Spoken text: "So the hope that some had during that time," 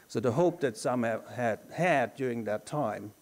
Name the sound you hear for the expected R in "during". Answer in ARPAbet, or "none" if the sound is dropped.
R